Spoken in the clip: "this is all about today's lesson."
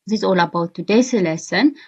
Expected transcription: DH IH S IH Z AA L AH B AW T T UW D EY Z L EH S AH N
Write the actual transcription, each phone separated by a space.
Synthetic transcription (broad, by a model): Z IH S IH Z AA L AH B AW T T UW D EY S L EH S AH N